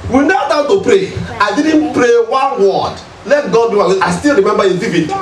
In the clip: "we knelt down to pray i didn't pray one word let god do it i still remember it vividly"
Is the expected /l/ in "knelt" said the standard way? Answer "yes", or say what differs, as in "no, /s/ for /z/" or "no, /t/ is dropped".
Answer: no, /l/ is dropped